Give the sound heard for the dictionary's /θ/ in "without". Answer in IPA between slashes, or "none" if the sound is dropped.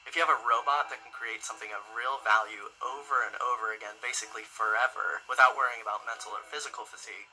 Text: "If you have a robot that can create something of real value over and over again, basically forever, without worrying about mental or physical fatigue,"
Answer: /θ/